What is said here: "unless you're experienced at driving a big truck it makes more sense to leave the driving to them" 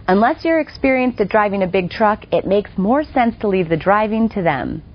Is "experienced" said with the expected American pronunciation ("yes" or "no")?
yes